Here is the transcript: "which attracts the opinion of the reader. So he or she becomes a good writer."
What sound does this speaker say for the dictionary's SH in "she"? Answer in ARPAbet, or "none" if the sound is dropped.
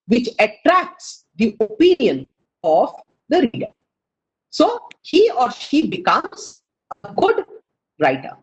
SH